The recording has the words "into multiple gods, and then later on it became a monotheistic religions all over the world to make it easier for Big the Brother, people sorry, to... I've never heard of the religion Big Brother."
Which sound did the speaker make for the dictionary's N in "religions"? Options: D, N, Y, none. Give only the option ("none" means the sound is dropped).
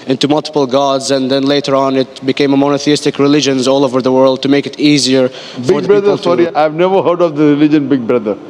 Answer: N